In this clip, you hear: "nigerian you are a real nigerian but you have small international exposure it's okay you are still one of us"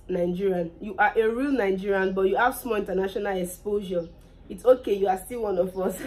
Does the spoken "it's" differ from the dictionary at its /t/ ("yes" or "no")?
no